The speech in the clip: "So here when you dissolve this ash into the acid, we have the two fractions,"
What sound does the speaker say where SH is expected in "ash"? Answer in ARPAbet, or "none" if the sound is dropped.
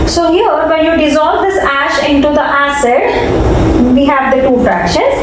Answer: SH